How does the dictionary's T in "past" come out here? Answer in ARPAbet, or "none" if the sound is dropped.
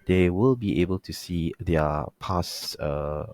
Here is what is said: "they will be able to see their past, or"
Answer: none